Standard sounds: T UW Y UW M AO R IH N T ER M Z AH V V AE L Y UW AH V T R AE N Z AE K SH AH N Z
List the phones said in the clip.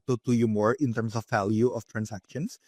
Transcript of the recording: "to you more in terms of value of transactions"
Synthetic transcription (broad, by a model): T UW Y UW M AO R IH N T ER M S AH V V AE L Y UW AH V T R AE N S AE K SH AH N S